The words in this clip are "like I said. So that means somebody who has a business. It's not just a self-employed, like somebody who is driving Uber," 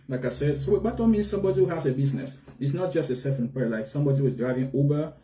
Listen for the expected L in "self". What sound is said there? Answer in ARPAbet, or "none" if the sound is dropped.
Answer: none